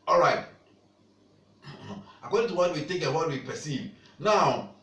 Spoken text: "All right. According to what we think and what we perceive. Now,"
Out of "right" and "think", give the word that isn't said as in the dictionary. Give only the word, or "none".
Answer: think